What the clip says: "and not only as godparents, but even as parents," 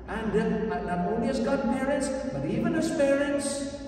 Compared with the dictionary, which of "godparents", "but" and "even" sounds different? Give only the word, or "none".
godparents